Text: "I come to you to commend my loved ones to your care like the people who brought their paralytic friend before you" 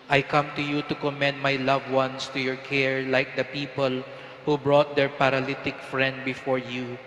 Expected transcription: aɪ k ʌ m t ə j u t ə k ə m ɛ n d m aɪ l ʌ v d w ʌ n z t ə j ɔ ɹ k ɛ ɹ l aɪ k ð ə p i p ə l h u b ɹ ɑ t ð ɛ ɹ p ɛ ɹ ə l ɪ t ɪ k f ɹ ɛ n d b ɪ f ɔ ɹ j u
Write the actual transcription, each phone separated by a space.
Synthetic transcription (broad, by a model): aɪ k ʌ m t ə j u t ə k ə m ɛ n d m aɪ l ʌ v w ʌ n s t ə j ɔ ɹ k ɛ ɹ l aɪ k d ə p i p ə l h u b ɹ ɑ t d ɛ ɹ p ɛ ɹ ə l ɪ t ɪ k f ɹ ɛ n d b ɪ f ɔ ɹ j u